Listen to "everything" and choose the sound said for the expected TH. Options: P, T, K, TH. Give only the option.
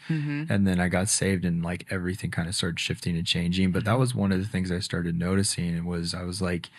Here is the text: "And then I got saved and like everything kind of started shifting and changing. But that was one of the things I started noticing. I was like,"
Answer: TH